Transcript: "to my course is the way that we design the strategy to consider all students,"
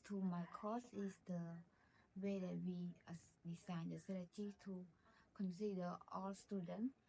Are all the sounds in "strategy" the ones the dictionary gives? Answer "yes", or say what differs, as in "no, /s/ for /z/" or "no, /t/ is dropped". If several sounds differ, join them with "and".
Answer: no, /tʃ/ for /dʒ/